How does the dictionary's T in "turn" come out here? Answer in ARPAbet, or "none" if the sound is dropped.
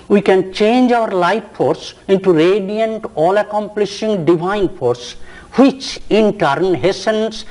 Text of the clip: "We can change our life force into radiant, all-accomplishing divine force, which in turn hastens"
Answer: T